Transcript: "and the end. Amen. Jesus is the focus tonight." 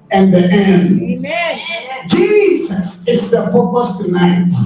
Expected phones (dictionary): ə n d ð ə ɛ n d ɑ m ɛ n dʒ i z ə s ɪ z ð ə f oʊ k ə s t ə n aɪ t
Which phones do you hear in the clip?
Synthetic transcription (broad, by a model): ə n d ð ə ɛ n ɑ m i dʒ i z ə s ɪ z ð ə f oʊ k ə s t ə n aɪ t